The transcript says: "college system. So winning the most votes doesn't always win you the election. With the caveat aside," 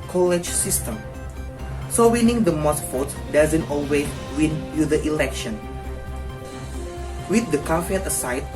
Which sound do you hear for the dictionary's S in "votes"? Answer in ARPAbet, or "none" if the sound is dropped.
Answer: none